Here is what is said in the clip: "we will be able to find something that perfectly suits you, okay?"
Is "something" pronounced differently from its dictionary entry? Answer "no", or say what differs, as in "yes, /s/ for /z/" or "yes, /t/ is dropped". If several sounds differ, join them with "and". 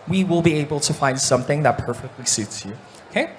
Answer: no